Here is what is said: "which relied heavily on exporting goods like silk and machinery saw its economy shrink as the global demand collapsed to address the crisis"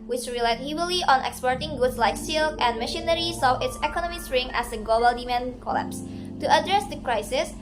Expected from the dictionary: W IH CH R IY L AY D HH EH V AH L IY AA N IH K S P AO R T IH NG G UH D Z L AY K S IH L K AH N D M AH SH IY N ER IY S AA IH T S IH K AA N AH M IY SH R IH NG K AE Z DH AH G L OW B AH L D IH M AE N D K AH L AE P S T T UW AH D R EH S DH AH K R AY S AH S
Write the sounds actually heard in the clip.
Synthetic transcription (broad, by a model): W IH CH R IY L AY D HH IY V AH L IY AA N IH K S P AO R T IH NG G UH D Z L AY K S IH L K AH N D M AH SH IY N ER IY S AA IH T S IH K AA N AH M IY S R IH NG AE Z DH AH G L OW B AH L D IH M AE N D K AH L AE P S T T UW AH D R EH S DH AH K R AY S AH S